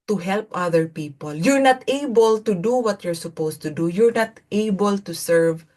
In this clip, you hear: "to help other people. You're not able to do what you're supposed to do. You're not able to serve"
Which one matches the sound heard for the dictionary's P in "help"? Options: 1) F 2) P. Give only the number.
2